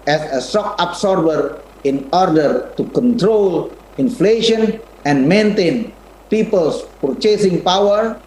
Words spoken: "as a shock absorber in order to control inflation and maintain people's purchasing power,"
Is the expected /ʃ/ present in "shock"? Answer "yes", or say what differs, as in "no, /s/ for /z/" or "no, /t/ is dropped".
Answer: no, /s/ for /ʃ/